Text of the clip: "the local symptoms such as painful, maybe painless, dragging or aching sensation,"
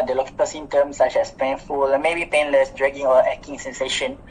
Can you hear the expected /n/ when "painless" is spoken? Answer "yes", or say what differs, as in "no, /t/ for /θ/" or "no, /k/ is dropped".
yes